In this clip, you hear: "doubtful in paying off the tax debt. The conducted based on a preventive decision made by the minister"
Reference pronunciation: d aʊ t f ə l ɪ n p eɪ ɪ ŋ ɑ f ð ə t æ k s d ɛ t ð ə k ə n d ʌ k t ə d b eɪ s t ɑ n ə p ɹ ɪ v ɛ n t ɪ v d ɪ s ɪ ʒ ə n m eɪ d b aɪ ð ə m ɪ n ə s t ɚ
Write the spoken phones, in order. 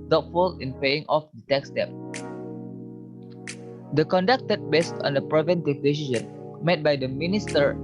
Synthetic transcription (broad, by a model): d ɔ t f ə l ɪ n p eɪ ɪ ŋ ɑ f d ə t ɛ k s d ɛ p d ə k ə n d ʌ k t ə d b eɪ s t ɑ n ə p ɹ ɪ v ɛ n t ɪ v d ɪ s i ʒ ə n m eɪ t b aɪ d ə m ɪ n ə s t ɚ